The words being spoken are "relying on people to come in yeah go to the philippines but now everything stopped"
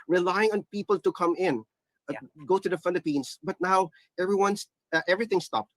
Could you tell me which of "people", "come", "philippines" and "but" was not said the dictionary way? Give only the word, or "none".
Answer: philippines